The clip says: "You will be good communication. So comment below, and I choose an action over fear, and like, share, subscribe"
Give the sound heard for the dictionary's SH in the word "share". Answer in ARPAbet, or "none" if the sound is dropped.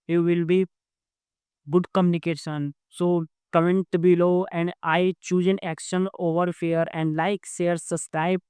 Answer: S